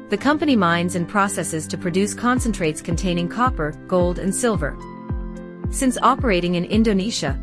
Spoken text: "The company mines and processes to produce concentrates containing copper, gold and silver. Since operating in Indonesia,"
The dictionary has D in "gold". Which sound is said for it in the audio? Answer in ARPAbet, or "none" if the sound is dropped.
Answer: D